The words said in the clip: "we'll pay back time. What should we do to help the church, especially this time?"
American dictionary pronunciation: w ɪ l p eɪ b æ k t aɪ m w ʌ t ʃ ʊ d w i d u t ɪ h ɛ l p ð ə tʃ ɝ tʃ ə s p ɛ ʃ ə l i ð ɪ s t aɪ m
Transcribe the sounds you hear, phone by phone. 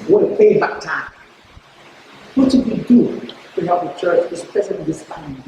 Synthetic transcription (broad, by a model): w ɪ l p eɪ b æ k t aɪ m w ʌ t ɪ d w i d u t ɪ h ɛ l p ð ə tʃ ɝ tʃ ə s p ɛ s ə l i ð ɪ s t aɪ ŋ